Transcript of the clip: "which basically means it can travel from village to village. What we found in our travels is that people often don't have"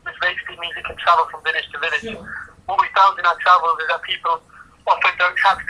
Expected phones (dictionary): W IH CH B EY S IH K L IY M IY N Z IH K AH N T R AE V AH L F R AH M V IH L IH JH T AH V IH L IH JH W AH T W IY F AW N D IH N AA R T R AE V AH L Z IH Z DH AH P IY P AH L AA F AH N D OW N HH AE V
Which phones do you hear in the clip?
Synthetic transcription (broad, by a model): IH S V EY IH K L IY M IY Z IH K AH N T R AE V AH L F R AH M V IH N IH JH T AH V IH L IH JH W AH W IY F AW N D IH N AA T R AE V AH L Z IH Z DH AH P IY P AH L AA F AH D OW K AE